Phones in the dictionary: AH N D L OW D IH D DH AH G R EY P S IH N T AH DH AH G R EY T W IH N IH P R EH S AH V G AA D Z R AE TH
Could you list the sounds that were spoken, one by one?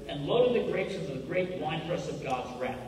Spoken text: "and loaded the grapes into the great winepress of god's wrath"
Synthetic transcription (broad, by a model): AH N L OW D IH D DH AH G R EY S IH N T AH DH AH G R EY T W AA IH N R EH S AH V G AA D Z R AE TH